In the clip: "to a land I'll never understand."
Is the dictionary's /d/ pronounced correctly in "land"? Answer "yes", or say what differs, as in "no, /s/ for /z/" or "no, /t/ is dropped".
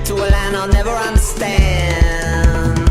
no, /d/ is dropped